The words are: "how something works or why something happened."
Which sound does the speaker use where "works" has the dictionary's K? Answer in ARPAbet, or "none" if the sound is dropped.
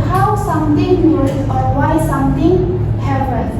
none